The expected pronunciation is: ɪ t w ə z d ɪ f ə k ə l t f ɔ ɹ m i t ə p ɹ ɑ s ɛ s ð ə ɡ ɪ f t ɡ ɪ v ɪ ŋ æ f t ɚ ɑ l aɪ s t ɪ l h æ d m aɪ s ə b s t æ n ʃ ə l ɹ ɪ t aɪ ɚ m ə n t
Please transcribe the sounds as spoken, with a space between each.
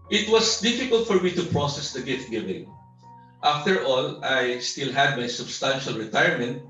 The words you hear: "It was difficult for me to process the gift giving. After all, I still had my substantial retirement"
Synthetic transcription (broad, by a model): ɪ t w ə s d ɪ f ə k ə l t f ɔ ɹ m i t ə p ɹ ɑ s ɛ s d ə ɡ ɪ f t ɡ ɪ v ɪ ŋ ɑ f t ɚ ɑ l aɪ s t ɪ l h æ d m aɪ s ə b s t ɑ n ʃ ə l ɹ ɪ t aɪ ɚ m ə n t